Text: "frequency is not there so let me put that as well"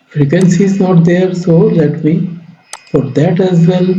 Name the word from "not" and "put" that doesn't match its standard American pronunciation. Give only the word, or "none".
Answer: put